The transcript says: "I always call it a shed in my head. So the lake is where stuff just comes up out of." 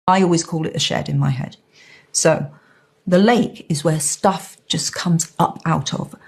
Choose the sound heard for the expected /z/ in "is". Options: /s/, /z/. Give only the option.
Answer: /z/